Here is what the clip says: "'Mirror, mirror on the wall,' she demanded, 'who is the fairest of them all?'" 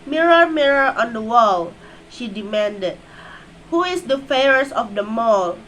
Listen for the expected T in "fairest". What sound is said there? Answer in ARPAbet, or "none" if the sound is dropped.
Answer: none